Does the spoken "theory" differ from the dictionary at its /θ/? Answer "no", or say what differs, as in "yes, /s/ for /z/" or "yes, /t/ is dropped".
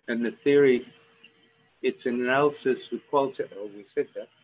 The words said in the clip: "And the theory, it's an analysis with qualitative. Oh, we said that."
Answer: no